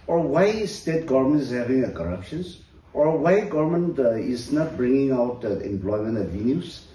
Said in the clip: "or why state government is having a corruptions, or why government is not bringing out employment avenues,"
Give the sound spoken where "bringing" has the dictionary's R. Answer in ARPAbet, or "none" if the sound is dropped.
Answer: R